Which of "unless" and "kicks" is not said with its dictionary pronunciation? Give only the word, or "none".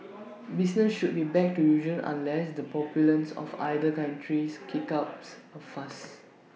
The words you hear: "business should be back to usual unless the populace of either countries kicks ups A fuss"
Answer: kicks